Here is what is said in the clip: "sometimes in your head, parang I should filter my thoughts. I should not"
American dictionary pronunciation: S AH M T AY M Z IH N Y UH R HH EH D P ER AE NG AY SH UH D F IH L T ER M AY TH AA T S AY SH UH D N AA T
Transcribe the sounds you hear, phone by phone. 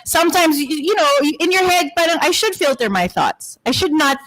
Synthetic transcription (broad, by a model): S AH M T AY M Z IH N Y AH R HH EH D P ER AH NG AY SH UH D F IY L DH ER M AY TH AA T S AY SH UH D N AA T